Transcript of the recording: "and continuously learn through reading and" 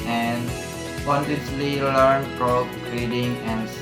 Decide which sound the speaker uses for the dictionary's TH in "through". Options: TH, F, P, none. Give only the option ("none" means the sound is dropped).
F